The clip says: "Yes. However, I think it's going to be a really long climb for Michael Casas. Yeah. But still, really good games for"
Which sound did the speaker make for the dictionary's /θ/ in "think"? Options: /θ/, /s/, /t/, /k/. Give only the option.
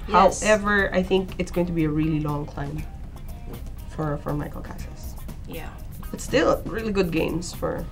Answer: /θ/